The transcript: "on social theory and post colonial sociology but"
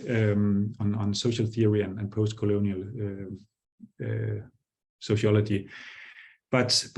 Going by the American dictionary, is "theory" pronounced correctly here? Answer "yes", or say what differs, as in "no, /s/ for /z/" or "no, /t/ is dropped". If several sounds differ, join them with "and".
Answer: yes